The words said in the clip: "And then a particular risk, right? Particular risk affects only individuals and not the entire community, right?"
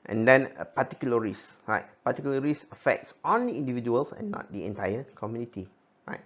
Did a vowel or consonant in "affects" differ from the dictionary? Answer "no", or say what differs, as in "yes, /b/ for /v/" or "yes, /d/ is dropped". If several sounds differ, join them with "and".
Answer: no